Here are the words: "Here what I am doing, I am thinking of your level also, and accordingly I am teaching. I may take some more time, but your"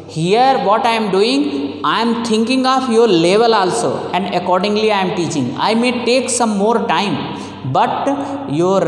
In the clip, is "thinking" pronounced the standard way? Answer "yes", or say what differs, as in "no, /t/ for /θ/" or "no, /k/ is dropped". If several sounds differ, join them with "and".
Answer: no, /t/ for /θ/